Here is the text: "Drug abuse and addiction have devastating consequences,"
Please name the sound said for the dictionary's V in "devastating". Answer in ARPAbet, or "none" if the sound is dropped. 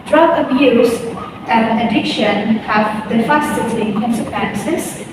F